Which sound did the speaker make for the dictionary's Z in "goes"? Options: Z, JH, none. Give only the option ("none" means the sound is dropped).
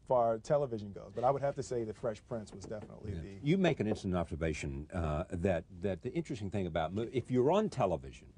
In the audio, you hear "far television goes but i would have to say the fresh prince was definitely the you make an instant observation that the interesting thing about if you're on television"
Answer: Z